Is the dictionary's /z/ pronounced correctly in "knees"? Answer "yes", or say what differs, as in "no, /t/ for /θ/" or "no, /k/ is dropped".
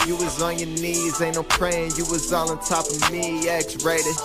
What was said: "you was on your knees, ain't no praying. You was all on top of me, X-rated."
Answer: yes